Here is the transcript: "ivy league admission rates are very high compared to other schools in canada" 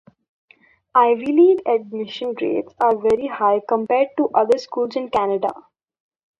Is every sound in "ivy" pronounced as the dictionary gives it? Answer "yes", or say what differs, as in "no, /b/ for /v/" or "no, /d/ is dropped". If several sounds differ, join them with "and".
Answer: yes